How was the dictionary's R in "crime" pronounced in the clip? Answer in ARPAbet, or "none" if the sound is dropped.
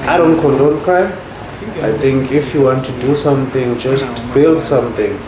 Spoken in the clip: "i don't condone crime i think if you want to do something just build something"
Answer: none